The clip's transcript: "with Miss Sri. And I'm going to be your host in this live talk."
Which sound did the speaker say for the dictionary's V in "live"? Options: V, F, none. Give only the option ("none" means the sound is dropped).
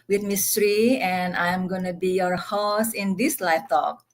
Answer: F